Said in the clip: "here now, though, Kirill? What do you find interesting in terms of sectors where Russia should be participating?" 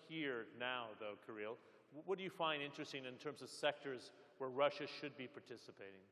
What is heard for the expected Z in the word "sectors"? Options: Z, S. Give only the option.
Z